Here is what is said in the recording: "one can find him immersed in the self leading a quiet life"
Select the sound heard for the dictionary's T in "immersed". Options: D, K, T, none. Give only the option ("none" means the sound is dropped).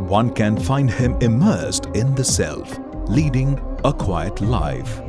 T